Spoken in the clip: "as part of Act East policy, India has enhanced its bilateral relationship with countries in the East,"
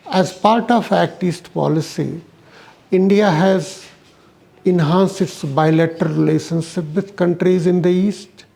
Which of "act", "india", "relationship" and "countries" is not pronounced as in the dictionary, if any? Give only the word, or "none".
none